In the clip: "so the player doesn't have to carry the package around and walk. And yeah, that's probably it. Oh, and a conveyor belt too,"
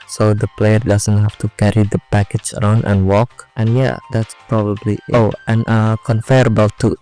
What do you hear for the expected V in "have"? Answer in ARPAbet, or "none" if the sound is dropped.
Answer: F